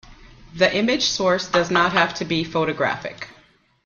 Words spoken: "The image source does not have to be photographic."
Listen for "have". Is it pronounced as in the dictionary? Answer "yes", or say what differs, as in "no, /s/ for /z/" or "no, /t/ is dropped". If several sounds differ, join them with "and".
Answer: no, /f/ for /v/